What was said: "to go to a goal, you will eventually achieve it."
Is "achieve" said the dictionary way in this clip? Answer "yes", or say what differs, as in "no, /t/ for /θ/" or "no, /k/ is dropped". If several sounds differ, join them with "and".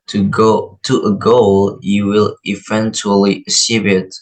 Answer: no, /s/ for /tʃ/ and /b/ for /v/